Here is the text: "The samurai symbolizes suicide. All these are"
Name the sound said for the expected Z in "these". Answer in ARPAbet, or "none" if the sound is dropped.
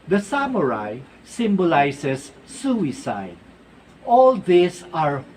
S